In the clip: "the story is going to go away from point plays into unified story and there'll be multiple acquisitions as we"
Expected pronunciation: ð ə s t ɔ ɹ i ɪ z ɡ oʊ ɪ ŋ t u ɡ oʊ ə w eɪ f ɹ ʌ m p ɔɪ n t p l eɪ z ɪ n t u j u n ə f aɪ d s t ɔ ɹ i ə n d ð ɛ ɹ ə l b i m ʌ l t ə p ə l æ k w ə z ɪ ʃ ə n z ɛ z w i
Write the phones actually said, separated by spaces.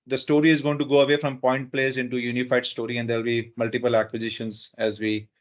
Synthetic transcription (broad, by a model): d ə s t ɔ ɹ i ɪ z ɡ oʊ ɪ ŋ t u ɡ oʊ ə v eɪ f ɹ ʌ m p ɔɪ n t p l eɪ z ɪ n t u j u n ə f aɪ d s t ɔ ɹ i ə n d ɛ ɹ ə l b i m ʌ l t ə p ə l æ k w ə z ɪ ʃ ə n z ɛ z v i